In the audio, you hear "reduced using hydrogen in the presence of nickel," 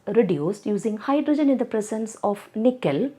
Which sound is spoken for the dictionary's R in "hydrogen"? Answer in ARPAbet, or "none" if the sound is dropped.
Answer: R